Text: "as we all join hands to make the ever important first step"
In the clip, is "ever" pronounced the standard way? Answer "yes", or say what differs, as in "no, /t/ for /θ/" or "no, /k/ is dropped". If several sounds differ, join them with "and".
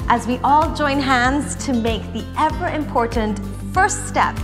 yes